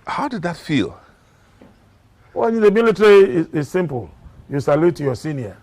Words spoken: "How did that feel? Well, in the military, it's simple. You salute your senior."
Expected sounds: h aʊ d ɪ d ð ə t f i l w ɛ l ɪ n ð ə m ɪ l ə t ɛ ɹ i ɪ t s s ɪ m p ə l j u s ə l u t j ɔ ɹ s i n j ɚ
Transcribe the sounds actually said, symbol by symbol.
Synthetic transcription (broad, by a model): h aʊ d ɪ d ð ə t f i l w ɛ n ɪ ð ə m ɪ l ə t ɹ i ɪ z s s ɪ m p ə l j u s ə l u t j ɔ s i n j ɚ